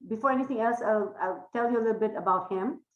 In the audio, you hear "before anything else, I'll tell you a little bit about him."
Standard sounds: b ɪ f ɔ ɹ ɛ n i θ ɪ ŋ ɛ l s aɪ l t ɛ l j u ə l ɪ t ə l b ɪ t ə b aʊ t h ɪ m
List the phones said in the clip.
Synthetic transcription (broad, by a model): b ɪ f ɔ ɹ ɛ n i t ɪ ŋ ɛ l s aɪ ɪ t ɛ l j u ə l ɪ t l b ɪ t ə b aʊ t h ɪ m